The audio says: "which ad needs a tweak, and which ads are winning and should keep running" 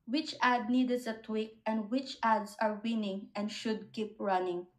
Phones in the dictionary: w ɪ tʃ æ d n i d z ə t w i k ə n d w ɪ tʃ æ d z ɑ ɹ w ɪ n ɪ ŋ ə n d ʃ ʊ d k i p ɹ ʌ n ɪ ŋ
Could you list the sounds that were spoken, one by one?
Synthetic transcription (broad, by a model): w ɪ tʃ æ d n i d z ə t w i k ə n d w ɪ tʃ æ d s ɑ ɹ w ɪ n ɪ ŋ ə n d ʃ ʊ d k i p ɹ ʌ n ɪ ŋ